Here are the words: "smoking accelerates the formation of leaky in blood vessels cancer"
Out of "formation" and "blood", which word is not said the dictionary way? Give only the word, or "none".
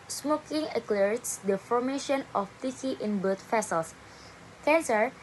blood